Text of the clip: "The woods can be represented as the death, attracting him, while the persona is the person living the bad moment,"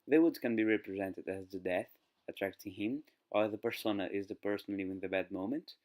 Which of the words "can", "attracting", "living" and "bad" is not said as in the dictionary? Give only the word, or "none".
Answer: living